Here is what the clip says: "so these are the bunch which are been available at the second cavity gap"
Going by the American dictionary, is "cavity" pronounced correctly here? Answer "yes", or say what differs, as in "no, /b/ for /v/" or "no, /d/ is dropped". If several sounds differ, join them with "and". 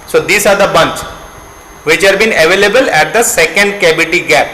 no, /b/ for /v/